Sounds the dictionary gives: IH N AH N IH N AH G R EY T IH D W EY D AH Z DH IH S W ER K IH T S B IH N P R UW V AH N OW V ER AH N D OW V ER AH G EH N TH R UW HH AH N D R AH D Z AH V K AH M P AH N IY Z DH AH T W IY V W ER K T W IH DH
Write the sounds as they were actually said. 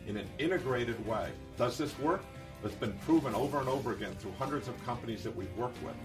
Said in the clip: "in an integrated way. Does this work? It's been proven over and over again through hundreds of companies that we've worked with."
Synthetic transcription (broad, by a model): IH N AH N IH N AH G R EY T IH D W EY D AH Z DH IH S W ER K IH T S B IH N P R UW V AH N OW V ER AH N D OW V ER AH G EH N TH R UW HH AH N D R AH D Z AH V K AH M P AH N IY Z DH AH T W IY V W ER K T W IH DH